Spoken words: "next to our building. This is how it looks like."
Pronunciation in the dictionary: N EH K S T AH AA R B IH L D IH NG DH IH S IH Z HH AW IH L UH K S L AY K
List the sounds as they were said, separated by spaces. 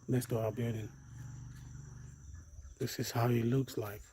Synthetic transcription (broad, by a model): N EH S T AH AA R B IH D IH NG DH IH S IH Z HH AW IH L UH K S L AY K